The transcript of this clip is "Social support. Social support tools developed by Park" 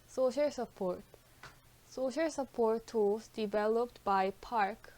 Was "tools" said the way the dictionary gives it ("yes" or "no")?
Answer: no